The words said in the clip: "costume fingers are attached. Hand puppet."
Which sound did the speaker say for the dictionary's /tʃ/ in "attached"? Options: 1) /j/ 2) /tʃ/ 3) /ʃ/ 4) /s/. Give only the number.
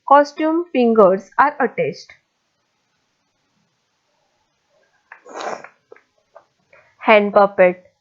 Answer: 4